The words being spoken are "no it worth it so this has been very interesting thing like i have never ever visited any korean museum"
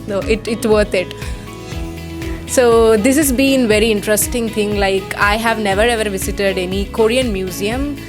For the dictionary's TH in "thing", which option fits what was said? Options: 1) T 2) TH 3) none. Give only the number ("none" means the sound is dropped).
1